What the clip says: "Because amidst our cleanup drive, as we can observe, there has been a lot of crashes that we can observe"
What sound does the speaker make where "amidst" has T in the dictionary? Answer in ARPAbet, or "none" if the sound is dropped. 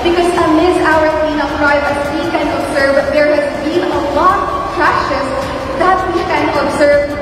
none